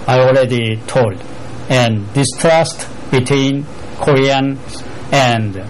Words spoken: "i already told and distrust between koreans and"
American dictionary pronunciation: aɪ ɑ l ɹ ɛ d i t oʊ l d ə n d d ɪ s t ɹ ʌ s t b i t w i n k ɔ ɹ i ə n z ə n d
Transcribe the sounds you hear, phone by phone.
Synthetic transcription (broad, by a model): aɪ ɑ l ɹ ɛ d i t oʊ l d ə n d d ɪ s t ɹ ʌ s t b i t w i n k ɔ ɹ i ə n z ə n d